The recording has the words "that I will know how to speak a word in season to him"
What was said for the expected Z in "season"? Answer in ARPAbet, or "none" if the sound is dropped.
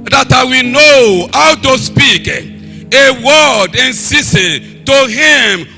S